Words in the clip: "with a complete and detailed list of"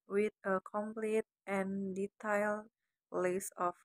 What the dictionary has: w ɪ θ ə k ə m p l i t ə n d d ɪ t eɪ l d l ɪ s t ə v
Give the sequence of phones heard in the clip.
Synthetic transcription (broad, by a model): w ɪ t ə k ə m p l i t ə n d d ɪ t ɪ l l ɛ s ə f